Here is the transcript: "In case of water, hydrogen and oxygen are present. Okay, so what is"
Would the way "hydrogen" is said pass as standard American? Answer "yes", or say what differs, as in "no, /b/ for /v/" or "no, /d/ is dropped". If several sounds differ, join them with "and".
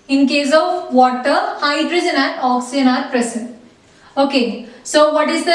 yes